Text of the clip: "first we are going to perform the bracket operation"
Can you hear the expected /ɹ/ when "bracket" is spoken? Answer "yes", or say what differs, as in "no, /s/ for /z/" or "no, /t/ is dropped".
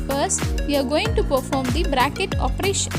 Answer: yes